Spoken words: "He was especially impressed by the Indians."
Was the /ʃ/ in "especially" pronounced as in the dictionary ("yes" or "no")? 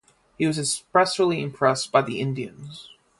no